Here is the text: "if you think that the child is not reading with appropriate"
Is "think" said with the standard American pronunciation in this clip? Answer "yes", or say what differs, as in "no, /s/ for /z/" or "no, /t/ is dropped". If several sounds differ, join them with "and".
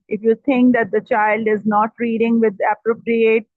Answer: no, /t/ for /θ/